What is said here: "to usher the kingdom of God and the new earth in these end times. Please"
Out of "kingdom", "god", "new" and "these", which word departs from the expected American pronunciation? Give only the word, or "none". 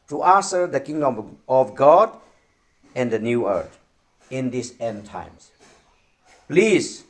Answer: these